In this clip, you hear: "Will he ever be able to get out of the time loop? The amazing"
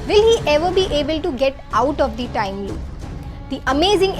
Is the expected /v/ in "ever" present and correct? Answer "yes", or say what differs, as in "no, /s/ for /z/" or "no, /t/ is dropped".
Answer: yes